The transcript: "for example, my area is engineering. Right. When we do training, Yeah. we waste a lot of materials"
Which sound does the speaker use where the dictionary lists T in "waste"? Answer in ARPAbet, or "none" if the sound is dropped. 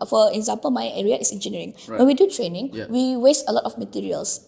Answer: T